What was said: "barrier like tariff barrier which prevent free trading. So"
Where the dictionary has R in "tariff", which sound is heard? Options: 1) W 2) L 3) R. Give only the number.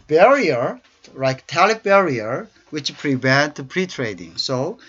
2